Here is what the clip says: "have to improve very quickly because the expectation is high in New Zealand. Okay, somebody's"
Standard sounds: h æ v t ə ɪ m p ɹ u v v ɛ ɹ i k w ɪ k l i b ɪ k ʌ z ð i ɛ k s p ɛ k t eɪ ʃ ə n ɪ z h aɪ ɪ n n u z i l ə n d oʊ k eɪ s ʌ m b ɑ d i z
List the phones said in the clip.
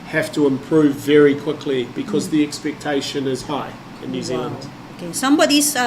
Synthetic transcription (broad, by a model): h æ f t ə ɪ m p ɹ u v v ɛ ɹ i k w ɪ k l i b ɪ k ʌ z ð i ɛ k s p ɛ k t eɪ ʃ ə n ɪ z h aɪ ɪ n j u z i l ə n d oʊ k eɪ s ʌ m b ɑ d i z